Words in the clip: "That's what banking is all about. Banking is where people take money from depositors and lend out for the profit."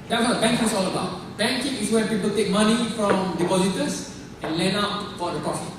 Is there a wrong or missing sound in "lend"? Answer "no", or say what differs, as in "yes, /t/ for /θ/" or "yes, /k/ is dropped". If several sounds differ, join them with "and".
yes, /d/ is dropped